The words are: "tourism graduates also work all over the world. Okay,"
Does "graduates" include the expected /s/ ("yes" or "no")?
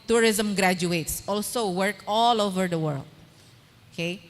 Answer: yes